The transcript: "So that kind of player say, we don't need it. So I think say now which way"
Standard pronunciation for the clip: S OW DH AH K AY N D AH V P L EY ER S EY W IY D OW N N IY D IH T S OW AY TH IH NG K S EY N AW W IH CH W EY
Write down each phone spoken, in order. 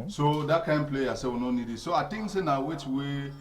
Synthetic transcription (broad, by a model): S OW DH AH K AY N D P L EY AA S EY W IY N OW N N IY D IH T S OW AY T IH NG S EY N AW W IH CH W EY